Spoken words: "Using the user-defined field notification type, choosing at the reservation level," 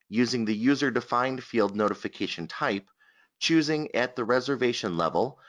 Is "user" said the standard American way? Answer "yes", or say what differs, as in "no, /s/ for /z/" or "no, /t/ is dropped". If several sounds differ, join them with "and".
yes